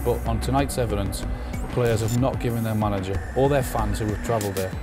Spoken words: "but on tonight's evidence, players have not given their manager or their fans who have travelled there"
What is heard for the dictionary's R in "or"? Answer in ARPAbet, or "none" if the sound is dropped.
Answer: L